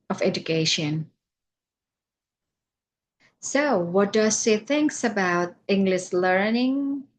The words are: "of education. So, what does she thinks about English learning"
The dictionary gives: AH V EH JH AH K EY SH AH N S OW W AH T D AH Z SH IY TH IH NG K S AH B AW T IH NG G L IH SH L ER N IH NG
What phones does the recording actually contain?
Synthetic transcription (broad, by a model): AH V EH JH AH K EY SH AH N S OW W AH T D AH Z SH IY TH IH NG K S AH B AW T IH NG G L IH SH L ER N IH NG